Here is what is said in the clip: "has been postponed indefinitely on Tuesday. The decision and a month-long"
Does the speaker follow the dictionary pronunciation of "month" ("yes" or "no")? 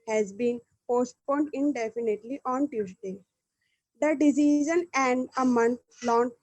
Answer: no